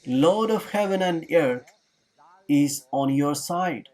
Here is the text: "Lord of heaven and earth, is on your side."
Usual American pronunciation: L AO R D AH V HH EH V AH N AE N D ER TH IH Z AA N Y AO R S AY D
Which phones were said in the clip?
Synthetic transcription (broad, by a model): L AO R D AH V HH EH V AH N AE N D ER T IH Z AA N Y AO R S AY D